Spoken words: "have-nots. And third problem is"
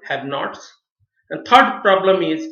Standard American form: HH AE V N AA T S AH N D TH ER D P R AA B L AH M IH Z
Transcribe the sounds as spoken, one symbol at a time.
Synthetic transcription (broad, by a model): HH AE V N AA T S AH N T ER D P R AA B L AH M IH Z